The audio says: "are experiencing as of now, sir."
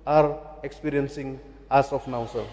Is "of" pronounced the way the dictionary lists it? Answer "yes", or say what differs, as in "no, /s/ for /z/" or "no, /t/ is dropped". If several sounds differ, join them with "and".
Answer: no, /p/ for /v/